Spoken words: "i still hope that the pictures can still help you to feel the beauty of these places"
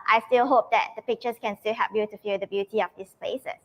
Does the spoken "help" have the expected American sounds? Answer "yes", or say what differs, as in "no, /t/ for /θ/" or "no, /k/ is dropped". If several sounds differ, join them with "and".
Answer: no, /l/ is dropped